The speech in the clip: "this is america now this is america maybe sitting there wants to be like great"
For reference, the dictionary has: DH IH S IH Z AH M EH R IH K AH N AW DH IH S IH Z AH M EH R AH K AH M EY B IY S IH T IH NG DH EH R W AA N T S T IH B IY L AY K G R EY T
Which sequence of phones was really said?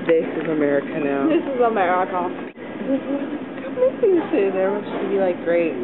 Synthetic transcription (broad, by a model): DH IH S IH Z AH M EH R IH K AH N AW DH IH S IH Z AH M EH R AH K AH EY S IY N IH S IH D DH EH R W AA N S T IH B IY L AY K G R EY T